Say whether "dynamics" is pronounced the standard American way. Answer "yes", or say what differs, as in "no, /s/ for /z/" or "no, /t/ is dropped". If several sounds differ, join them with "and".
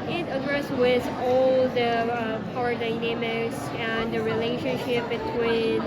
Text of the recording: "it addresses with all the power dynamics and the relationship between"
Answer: no, /k/ is dropped